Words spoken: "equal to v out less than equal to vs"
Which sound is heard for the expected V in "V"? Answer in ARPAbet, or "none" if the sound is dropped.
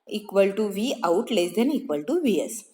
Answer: V